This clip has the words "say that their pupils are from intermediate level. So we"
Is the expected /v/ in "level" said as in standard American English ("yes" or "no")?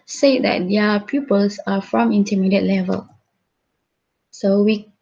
yes